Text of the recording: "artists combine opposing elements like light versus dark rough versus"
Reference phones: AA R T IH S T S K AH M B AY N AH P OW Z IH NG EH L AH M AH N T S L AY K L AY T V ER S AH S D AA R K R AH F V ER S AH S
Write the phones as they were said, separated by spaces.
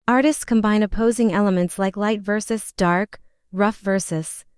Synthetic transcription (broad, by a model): AA R T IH S T S K AH M B AY N AH P OW Z IH NG EH L AH M AH N T S L AY K L AY T V ER S AH S D AA R K R AH F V ER S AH S